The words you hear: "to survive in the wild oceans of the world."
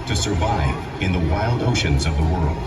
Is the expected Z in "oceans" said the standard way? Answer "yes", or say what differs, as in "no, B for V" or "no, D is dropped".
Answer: yes